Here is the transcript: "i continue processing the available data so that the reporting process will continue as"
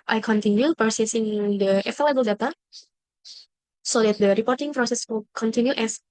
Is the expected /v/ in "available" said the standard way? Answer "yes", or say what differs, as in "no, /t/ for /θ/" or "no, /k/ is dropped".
no, /f/ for /v/